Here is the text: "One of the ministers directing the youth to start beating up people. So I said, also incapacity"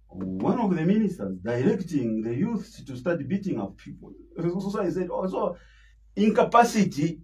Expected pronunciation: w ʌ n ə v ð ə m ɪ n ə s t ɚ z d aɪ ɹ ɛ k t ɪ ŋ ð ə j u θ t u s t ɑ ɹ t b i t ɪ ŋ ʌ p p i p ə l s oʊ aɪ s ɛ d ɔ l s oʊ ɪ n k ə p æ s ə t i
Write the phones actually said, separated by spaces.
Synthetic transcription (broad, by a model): w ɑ n ə v ð ə m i n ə s t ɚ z d aɪ ɹ ɛ k t ɪ ŋ ð ə j u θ t u s t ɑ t b i t ɪ ŋ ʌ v p i p ə l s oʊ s s ɛ d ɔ s oʊ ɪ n k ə p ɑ s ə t i